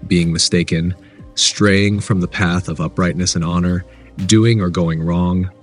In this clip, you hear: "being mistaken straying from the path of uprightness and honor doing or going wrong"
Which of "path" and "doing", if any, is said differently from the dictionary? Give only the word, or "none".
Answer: none